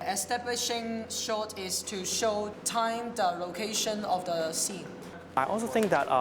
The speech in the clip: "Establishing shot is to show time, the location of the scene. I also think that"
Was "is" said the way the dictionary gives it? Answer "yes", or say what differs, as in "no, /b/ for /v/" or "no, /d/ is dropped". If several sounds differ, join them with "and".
no, /s/ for /z/